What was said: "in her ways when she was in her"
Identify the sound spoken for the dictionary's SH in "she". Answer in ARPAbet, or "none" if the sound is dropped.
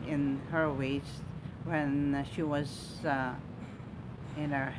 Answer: SH